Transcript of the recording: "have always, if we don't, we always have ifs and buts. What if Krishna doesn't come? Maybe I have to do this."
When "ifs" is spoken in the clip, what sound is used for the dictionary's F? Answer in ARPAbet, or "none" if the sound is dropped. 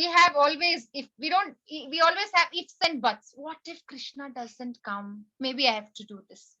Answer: F